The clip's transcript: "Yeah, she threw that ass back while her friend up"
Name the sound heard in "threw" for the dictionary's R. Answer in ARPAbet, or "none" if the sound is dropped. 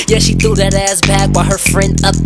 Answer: none